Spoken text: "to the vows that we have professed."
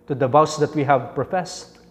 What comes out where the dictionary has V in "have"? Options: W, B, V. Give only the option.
V